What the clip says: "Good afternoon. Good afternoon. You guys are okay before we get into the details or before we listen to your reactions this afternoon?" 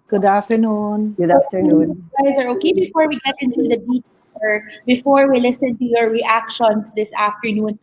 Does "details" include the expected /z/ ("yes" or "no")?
no